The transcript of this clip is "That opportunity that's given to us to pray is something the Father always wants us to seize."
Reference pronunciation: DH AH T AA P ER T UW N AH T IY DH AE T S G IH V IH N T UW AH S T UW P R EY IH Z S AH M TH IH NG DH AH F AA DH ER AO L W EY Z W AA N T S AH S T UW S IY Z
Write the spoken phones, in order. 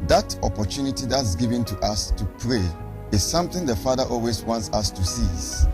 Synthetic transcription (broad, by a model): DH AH T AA P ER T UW N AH T IY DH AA T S G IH V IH N T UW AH S T UW P R EY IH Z S AH M TH IH NG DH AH F AA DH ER AO L W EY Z W AA N T S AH S T UW S IY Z